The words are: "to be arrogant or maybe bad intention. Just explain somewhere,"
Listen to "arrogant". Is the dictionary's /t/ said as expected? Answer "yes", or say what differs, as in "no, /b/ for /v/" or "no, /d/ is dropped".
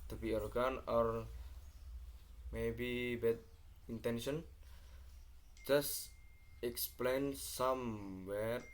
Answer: no, /t/ is dropped